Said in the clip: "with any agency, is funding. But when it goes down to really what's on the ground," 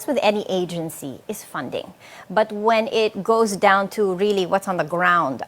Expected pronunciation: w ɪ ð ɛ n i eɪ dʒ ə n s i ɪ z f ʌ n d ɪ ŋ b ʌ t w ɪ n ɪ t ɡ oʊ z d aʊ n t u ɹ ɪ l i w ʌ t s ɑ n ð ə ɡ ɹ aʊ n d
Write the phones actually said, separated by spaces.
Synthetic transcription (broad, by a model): w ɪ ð ɛ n i eɪ dʒ ə n s i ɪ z f ʌ n d ɪ ŋ b ʌ t w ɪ n ɪ t ɡ oʊ z d aʊ n t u ɹ ɪ l i w ʌ t s n ð ə ɡ ɹ aʊ n d